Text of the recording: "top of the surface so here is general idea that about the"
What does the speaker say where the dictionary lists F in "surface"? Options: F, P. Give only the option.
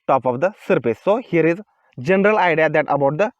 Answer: P